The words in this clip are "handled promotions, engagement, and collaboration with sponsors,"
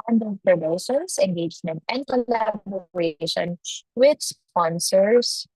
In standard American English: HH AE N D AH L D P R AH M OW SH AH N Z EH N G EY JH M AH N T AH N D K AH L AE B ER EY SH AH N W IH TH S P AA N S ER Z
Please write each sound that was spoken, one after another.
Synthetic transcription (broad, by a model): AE N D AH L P R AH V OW S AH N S EH N G EY JH M AH N T AH N D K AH L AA B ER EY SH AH N W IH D S P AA N S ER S